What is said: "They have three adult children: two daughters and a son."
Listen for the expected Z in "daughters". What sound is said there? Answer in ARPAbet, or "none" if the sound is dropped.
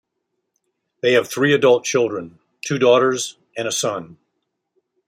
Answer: Z